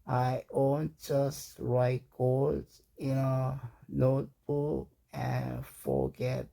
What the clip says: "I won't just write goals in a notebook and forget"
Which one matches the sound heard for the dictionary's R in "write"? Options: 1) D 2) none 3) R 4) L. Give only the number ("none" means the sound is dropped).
3